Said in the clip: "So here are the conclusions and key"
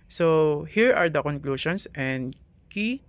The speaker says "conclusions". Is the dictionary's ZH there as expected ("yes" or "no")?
no